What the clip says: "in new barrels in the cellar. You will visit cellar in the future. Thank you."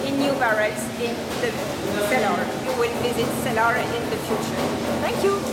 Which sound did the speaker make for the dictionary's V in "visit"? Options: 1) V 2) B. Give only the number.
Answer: 2